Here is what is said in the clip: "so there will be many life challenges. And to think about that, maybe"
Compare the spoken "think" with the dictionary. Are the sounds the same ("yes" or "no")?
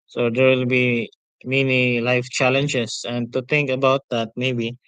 no